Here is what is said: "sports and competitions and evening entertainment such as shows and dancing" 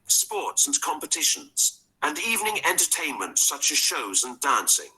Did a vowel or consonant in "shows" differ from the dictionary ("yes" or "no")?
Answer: no